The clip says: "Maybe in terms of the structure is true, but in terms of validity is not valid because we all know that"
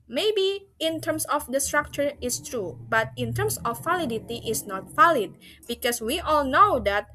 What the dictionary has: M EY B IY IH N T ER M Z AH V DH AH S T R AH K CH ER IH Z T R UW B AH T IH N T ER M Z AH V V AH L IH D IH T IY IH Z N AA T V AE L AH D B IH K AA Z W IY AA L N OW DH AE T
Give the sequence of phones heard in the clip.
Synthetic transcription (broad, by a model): M EY B IY IH N T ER M S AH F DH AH S T R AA K CH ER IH S T R UW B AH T IH N T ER M S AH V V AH L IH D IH T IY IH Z N AA T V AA L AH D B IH K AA S W IY AA L N OW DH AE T